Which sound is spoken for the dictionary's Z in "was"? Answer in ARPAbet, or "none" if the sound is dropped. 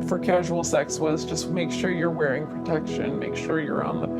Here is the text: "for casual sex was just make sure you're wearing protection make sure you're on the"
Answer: Z